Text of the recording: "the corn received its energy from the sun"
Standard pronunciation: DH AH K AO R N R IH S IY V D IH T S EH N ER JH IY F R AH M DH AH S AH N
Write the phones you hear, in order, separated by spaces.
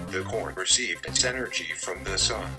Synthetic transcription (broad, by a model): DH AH K AO R N R IH S IY V D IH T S EH N ER JH IY F R AH M DH AH S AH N